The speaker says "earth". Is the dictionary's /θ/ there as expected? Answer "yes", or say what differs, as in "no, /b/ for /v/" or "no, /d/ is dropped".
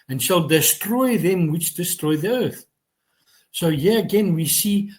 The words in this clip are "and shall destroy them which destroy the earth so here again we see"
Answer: yes